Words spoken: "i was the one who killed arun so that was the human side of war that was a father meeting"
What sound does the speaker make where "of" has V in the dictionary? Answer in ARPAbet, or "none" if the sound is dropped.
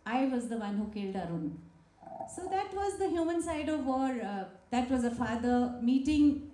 V